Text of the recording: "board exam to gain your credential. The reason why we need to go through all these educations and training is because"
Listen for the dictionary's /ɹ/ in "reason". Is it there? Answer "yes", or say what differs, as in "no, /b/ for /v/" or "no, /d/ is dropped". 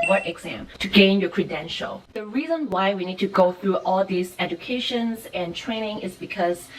yes